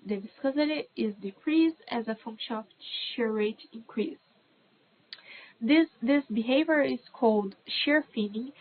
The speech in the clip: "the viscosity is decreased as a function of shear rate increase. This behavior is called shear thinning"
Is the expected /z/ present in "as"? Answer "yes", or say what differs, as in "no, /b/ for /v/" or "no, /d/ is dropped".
yes